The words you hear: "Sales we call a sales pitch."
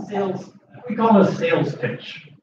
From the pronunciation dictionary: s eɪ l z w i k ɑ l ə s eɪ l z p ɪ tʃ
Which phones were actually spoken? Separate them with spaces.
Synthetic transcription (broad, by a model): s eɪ l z w i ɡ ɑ n ə s eɪ l z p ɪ tʃ